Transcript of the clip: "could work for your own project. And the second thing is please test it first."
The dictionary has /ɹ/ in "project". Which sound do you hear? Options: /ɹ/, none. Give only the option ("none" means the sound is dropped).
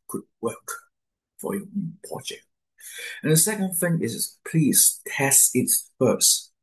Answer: none